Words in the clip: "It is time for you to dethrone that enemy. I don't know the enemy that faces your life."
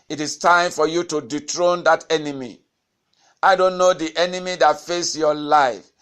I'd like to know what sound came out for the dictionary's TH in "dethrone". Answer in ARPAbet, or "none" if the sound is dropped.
T